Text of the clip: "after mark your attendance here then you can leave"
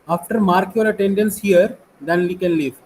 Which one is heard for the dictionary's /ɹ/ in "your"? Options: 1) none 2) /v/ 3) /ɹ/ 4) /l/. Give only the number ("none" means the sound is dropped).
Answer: 4